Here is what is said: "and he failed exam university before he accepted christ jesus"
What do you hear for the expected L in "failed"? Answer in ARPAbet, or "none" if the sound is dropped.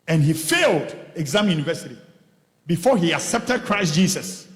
L